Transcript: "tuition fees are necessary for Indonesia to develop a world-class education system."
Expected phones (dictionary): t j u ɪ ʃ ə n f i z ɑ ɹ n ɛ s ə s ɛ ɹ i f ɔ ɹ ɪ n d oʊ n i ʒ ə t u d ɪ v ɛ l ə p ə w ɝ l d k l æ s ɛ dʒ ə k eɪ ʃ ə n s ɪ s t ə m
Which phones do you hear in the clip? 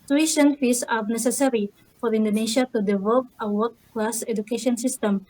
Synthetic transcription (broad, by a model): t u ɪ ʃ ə n f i s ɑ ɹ n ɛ s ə s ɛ ɹ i f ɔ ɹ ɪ n d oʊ n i ʃ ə t u d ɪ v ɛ l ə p ə w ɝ d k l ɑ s ɛ dʒ ə k eɪ ʃ ə n s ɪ s t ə m